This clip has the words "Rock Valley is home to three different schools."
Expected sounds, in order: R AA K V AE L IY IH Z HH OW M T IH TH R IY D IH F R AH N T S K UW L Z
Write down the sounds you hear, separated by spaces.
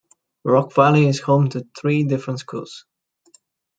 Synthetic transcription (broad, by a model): R AA K V AE L IY IH Z HH OW M T IH TH R IY D IH F R AH N T S K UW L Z